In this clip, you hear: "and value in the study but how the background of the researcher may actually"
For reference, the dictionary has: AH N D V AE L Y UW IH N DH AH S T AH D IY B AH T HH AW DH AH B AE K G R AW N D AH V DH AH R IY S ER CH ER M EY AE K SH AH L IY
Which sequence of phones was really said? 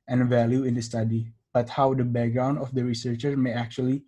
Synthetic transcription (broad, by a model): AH N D V AE L Y UW IH N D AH S T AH D IY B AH T HH AW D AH B AE K G R AW N D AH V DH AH R IY S ER CH ER M EY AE K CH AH L IY